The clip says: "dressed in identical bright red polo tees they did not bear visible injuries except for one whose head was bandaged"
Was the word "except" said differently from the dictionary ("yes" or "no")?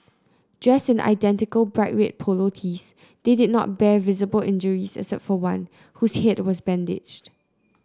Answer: yes